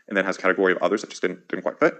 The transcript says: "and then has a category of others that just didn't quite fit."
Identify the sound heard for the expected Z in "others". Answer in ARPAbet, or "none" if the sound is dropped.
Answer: Z